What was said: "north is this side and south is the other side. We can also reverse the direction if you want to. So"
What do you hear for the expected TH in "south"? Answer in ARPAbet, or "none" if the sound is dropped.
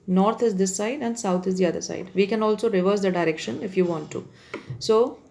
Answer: T